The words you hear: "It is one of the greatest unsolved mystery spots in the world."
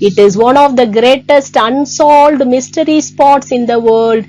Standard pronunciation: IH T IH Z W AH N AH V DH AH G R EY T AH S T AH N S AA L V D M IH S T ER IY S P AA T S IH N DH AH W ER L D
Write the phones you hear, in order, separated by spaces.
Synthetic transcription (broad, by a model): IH T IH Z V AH N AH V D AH G R EY T AH S T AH N S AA L D M IH S T ER IY S P AA T S IH N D AH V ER L D